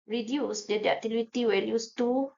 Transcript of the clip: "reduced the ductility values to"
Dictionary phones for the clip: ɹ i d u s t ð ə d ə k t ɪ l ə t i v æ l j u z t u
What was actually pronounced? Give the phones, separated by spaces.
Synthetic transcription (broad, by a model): ɹ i d u s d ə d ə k t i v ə t i w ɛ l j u s t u